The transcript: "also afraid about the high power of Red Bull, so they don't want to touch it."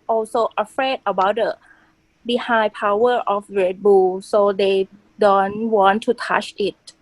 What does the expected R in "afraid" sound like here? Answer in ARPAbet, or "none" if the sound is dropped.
R